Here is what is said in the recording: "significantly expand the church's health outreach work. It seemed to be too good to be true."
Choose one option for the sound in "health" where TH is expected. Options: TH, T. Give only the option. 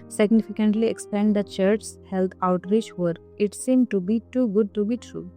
T